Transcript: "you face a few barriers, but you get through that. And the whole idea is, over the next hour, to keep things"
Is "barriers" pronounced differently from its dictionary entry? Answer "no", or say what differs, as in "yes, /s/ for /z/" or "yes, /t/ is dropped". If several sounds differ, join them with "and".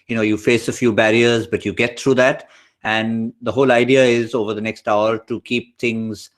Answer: no